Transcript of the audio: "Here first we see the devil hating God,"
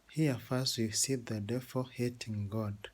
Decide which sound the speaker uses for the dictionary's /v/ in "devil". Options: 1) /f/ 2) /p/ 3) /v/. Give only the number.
1